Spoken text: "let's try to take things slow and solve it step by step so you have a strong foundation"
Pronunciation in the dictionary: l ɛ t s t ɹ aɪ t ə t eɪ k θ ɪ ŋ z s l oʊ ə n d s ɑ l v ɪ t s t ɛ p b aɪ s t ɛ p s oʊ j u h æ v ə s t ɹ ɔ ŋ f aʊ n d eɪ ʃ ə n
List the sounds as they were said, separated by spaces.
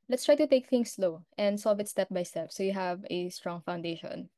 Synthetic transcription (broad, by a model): l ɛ t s t ɹ aɪ t ə t eɪ k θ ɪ ŋ s l oʊ ə n d s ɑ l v ɪ t s t ɛ p b aɪ s t ɛ p s oʊ j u h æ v ə s t ɹ ɔ ŋ f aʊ n d eɪ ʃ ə n